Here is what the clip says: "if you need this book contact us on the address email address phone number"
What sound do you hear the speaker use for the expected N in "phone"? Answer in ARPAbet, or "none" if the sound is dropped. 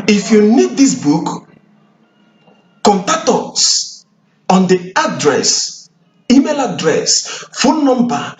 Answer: L